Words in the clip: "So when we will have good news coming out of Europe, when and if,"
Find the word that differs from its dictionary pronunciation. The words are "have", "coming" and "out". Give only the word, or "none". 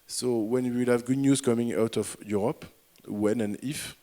none